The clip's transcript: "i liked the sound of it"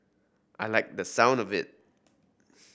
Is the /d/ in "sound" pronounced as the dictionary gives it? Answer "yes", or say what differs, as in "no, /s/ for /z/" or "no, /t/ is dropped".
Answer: yes